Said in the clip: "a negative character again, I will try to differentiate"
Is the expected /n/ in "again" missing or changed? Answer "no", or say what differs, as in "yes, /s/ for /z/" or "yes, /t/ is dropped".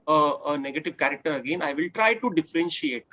no